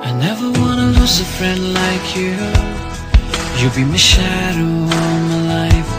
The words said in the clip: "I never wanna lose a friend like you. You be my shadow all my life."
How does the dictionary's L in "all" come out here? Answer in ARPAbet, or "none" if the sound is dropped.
N